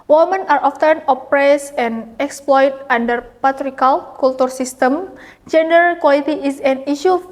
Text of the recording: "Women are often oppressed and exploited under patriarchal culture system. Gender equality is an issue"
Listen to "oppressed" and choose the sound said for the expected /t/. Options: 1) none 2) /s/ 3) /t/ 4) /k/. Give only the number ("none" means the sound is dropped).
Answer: 1